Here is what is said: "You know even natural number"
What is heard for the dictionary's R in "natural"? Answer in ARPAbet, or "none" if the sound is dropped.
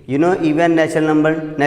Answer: none